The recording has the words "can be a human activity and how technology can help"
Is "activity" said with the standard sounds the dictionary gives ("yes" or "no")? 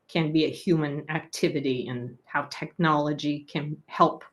yes